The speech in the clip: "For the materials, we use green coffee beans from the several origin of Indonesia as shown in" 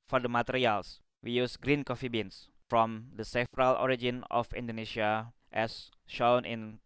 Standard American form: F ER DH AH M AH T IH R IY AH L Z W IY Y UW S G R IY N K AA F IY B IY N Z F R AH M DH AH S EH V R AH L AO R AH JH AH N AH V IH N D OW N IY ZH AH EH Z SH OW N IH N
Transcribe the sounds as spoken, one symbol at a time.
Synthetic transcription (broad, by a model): F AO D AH M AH T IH R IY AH L S W IY Y UW S G R IY N K AA F IY B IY N S F R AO M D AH S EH F R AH L AO R AH JH AH N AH F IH N D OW N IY SH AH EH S SH OW N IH N